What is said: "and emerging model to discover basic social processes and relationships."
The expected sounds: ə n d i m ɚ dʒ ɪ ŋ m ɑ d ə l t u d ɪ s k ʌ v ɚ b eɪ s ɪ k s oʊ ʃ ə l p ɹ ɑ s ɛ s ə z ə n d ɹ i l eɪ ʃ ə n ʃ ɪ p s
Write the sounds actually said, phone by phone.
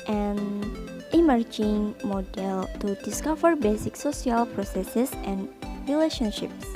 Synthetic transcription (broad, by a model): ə n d i m ɚ dʒ ɪ ŋ m ɑ d ə l t u d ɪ s k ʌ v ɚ b eɪ s ɪ k s oʊ s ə l p ɹ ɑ s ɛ s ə s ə n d ɹ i l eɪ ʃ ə n ʃ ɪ p s